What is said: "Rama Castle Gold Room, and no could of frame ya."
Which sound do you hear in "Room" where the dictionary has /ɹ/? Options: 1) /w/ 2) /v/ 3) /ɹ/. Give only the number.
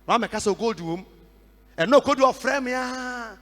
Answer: 1